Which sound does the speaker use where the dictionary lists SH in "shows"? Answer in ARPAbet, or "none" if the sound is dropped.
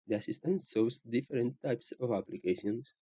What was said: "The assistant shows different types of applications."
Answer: S